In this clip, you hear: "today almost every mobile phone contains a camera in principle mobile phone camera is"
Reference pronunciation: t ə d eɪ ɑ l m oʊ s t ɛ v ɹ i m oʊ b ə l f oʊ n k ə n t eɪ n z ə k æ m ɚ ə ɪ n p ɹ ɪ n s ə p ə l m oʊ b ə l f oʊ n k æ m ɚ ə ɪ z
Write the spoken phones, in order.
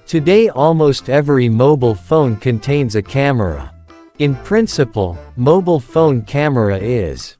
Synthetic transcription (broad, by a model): t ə d eɪ ɑ l m oʊ s t ɛ v ɹ i m oʊ b l f oʊ n k ə n t eɪ n z ə k æ m ɚ ə ɪ n p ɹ ɪ n s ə p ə l m oʊ b l f oʊ n k æ m ɚ ə ɪ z